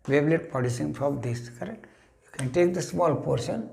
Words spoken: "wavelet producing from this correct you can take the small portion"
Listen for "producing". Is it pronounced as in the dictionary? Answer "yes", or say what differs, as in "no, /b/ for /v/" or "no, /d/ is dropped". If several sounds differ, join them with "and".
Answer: no, /ɹ/ is dropped